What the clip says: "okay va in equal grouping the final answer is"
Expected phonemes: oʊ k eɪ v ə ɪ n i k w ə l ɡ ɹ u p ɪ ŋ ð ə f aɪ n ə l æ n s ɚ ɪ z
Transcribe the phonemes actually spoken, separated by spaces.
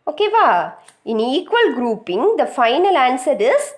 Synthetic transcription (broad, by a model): oʊ k eɪ v ə ɪ n i k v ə l ɡ ɹ u p ɪ ŋ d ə f aɪ n ə l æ n s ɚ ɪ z